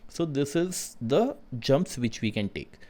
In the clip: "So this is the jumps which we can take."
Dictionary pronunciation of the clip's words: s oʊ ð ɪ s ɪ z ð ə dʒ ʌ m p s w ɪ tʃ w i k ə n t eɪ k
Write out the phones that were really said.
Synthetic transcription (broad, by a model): s oʊ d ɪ s ɪ z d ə dʒ ʌ m p s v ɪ tʃ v i k ə n t eɪ k